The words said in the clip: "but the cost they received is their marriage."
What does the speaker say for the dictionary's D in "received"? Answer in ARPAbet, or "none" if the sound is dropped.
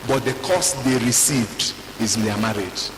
D